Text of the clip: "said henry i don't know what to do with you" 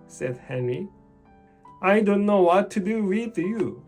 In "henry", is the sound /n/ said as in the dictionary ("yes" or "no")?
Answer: yes